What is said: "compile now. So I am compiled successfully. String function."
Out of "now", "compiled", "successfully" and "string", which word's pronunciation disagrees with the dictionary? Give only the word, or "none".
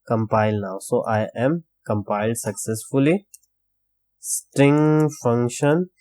none